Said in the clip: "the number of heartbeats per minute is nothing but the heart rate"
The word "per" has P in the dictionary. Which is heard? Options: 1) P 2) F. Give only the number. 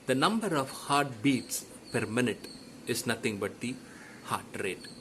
1